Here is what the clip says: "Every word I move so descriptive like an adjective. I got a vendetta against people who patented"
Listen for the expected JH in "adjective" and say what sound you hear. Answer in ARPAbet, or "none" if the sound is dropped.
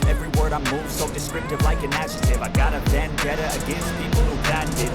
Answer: SH